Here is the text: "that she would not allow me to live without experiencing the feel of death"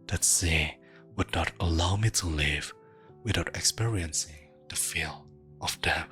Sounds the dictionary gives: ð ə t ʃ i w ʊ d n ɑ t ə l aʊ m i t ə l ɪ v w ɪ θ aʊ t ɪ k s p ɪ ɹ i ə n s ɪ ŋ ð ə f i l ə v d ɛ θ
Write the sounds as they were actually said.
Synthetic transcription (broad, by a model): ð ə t s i w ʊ d n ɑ t ə l aʊ m i t ə l ɪ v w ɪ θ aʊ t ɪ k s p ɪ ɹ i ə n s ɪ ŋ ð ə f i l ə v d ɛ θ